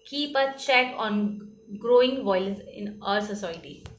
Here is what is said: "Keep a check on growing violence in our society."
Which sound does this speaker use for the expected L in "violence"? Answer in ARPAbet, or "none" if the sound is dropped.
none